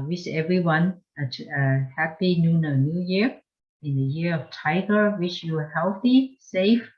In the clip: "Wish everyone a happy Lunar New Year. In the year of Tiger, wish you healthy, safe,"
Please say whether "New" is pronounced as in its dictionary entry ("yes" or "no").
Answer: yes